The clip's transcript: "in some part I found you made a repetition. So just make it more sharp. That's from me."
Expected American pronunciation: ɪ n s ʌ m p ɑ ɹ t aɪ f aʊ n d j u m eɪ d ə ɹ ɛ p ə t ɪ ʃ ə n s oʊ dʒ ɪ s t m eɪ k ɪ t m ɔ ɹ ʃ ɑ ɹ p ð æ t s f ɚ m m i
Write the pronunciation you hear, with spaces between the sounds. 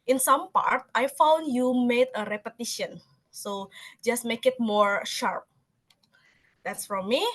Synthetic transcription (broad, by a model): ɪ n s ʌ m p ɑ ɹ t aɪ f aʊ n d j u m eɪ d ə ɹ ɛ p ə t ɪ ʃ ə n s oʊ dʒ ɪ s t m eɪ k ɪ t m ɔ ɹ ʃ ɑ ɹ p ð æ t s f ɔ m m i